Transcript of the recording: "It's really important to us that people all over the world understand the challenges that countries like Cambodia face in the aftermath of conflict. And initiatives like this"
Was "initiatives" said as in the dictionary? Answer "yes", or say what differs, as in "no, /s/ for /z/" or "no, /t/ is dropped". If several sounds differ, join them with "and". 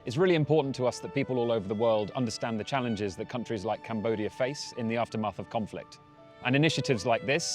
yes